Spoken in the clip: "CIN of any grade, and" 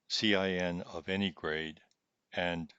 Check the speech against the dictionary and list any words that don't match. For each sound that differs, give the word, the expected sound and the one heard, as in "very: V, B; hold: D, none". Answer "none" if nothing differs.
none